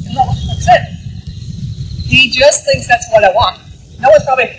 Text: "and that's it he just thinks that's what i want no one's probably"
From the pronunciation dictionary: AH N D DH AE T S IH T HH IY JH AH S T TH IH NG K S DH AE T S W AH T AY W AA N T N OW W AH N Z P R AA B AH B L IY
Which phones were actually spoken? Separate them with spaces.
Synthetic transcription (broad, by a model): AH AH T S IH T HH IY JH AH S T TH IH NG K S DH AE T S W AH T AY W AA N T N OW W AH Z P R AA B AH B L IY